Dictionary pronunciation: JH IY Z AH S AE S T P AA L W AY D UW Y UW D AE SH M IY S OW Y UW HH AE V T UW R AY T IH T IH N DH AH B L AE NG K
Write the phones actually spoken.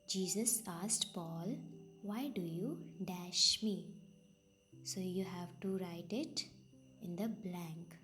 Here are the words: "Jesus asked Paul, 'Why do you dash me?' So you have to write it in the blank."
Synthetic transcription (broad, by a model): JH IY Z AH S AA S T P AA L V AY D UW Y UW D AE SH M IY S OW Y UW HH AE V T UW R AY T IH T IH N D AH B L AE NG K